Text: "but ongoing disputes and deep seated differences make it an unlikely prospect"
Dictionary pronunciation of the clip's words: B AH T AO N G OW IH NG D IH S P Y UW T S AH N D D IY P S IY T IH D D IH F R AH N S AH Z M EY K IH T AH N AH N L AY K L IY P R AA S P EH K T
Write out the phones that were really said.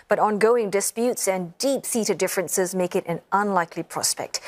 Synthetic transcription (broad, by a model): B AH T AO N G OW IH NG D IH S P Y UW T S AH N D D IY P S IY T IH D D IH F R AH N S AH Z M EY K IH T AH N AH N L AY K L IY P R AA S P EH K T